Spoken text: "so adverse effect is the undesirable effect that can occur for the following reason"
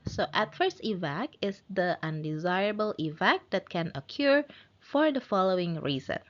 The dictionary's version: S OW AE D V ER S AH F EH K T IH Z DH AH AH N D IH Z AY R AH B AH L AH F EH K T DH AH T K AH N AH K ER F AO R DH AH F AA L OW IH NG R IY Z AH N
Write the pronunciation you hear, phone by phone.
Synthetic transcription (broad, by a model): S OW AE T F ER S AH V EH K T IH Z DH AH AH N D IH Z AY R AH B AH L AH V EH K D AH T K AH N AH K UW F AO R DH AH F AA L OW IH NG R IY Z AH N